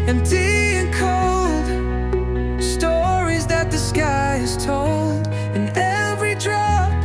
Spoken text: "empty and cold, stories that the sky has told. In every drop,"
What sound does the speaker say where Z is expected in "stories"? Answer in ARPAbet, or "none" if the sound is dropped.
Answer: Z